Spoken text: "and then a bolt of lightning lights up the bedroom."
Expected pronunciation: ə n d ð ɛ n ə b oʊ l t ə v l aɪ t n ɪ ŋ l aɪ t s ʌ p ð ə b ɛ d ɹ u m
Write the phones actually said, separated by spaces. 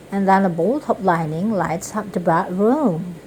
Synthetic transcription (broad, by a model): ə n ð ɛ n ə b oʊ l t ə p l aɪ n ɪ ŋ l aɪ t s ʌ p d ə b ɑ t ɹ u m